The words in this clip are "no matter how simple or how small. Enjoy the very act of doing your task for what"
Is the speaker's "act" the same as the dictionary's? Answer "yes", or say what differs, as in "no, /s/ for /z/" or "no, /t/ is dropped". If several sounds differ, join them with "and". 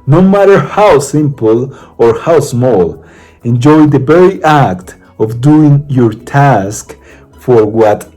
yes